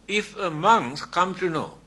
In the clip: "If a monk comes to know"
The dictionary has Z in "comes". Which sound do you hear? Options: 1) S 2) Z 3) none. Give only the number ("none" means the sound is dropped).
3